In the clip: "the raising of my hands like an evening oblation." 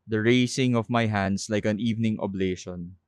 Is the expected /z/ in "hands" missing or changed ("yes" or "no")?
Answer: yes